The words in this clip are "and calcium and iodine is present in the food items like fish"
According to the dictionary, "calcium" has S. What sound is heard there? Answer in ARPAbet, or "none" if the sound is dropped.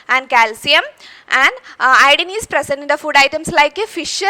S